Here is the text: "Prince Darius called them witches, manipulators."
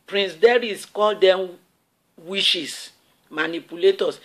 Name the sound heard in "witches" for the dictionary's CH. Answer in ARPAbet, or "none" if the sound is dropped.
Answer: SH